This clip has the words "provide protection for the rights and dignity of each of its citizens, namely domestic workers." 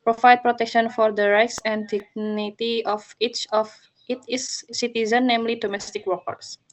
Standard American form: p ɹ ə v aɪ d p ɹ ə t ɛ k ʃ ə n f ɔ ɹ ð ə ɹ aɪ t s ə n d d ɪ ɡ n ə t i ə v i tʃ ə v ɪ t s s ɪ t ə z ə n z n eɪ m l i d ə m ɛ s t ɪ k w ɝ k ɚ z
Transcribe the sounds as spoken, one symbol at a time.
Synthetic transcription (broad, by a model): p ɹ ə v aɪ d p ɹ ə t ɛ k ʃ ə n f ɔ ɹ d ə ɹ aɪ t s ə n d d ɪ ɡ n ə t i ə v i tʃ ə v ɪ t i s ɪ t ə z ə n n eɪ m l i d ə m ɛ s t ɪ k w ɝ k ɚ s